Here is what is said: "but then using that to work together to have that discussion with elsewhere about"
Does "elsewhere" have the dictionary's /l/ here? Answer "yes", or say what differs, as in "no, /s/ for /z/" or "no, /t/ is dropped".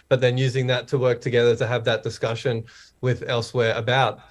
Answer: yes